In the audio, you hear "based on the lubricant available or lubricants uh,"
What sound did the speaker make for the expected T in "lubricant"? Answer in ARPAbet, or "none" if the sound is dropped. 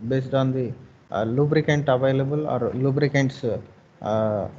T